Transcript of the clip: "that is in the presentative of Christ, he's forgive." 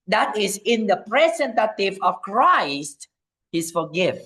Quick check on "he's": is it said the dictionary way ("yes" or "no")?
no